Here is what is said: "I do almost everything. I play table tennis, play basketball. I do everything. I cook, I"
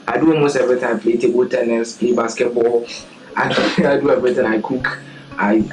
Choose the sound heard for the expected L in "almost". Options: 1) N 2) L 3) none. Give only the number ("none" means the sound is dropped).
3